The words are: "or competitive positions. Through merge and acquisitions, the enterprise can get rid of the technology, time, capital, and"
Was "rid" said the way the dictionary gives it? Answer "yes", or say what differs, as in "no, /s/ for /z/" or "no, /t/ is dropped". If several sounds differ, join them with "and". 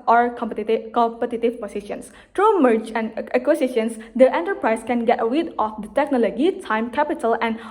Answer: no, /w/ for /ɹ/